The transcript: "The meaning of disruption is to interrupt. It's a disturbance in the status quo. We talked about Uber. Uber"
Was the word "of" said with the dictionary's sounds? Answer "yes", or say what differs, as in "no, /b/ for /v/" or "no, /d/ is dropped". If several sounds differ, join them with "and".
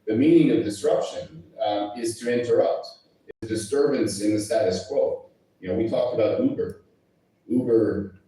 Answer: yes